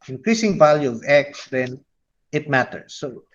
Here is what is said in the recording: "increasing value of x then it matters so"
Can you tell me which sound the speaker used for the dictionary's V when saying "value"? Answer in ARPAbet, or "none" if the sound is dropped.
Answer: V